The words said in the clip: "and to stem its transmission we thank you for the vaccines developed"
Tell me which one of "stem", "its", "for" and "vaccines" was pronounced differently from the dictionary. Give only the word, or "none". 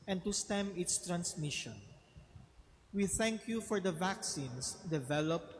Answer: vaccines